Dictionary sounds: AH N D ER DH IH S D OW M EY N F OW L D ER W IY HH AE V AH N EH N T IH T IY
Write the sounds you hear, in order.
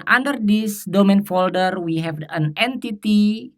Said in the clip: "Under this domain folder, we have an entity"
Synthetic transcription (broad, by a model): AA N D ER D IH S D OW M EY N F OW L D ER W IY HH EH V AH N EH N T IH T IY